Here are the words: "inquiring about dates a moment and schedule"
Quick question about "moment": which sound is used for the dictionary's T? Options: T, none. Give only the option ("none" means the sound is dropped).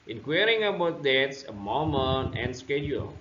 none